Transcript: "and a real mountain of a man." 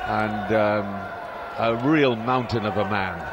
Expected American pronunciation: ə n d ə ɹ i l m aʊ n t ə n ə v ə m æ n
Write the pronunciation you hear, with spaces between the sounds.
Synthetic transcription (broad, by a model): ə n d ə ɹ i l m aʊ n t ə n ə v ə m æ n